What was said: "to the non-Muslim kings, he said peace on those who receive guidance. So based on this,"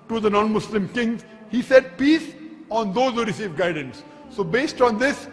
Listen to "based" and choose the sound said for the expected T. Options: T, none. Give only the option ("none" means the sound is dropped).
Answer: T